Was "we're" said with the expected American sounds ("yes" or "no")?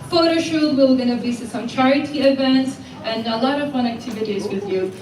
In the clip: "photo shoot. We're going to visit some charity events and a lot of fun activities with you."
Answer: no